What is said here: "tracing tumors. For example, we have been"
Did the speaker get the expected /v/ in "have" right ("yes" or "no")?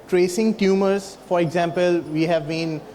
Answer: yes